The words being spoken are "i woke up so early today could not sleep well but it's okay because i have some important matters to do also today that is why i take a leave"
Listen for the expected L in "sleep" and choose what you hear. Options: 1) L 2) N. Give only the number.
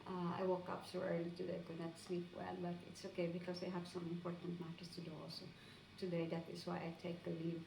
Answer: 2